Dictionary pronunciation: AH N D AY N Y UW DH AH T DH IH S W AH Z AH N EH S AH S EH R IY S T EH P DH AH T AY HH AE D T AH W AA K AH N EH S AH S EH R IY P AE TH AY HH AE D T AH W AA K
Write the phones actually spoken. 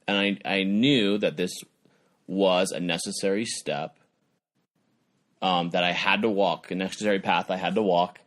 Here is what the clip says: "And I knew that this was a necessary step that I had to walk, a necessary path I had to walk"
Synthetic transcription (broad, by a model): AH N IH AY N Y UW DH AH T DH IH S W AH Z AH N EH S AH S EH R IY S T EH P DH AH T AY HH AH D T AH W AA K AH N EH S AH S EH R IY P AE TH AY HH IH D T AH W AA K